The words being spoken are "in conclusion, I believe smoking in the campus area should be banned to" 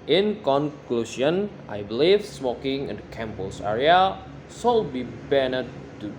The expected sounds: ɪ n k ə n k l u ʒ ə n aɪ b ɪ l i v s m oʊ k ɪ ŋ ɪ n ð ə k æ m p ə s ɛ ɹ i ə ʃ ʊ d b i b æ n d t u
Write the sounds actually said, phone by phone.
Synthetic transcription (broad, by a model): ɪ n k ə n k l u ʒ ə n aɪ b l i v s m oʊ k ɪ ŋ ɪ n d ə k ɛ m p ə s ɛ ɹ i ə s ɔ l b i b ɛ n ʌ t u